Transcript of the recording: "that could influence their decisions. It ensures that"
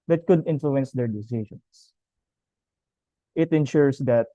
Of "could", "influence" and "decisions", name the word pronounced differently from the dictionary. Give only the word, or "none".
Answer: decisions